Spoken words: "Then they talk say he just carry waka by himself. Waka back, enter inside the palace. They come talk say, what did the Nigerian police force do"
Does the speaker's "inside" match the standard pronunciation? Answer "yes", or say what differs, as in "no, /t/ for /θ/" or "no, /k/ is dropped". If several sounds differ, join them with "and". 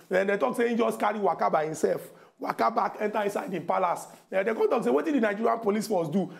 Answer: yes